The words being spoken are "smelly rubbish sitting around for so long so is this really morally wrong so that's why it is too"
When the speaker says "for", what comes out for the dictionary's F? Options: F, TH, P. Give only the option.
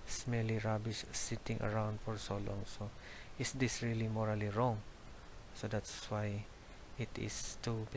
F